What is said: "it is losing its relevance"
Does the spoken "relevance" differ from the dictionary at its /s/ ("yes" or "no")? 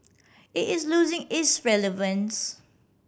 no